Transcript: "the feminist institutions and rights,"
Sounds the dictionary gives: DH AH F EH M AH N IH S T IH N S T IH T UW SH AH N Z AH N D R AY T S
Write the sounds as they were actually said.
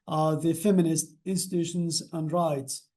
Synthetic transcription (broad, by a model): DH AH F EH M AH N IH S T IH N S T IH T UW SH AH N Z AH N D R AY T S